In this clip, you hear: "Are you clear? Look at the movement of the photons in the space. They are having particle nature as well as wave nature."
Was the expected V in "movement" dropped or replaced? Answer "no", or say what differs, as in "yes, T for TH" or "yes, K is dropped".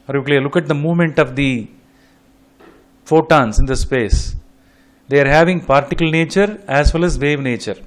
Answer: no